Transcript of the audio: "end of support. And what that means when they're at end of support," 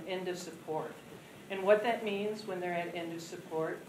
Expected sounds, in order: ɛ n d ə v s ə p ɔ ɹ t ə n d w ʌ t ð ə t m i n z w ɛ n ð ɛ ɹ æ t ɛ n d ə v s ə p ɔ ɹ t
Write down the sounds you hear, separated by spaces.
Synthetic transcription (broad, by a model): ɛ n d ə v s ə p ɔ ɹ t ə n w ʌ t ð ə t m i n z w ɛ n ð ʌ ɹ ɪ t ɛ n d ə v s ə p ɔ ɹ t